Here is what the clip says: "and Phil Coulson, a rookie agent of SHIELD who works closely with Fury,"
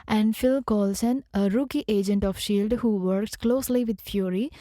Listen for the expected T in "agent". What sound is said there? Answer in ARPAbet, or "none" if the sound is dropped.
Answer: T